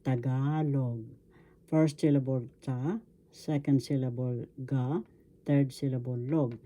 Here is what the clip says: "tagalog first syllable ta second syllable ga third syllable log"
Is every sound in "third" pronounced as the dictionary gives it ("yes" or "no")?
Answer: no